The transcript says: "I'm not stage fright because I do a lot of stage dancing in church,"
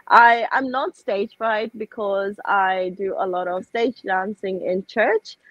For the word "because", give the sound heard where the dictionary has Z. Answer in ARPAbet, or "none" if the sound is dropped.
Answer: Z